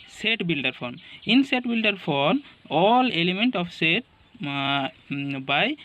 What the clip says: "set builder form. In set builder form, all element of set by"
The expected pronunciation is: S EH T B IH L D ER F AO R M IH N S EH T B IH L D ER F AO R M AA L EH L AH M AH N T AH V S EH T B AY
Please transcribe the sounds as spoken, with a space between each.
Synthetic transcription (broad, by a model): S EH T B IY L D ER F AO R M IH N S EH T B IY L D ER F AO R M AA L EH L AH M AH N T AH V S EH T B AY